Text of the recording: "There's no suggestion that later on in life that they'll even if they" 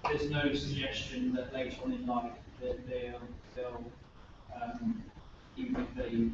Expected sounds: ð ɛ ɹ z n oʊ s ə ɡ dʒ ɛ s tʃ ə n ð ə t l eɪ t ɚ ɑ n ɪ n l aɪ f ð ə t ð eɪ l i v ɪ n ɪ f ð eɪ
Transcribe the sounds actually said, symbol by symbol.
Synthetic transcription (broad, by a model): ð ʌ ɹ z n oʊ s ə ɡ dʒ ɛ s tʃ ə n ð ə t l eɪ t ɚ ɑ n ɪ n l aɪ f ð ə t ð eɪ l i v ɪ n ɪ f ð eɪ